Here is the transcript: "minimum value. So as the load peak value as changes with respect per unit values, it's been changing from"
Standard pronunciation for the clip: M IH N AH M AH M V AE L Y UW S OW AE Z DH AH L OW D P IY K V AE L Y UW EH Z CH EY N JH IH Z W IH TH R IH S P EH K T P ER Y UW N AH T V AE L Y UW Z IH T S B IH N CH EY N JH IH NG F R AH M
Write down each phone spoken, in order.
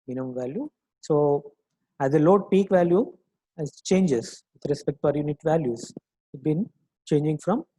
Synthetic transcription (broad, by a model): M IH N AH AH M V AE L Y UW S OW AE Z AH L OW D P IY K V AE L Y UW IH S CH EY N JH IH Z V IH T R IH S P EH K T F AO Y UW N AH T V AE L Y UW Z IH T B IH N CH EY N JH IH NG F R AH M